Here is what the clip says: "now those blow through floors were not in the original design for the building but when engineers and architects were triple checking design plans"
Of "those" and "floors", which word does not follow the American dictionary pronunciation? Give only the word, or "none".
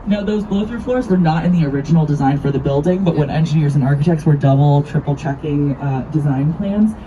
none